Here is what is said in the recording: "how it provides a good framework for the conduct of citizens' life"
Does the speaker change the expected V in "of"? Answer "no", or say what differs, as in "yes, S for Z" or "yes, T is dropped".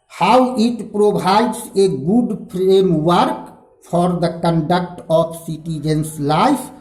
yes, P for V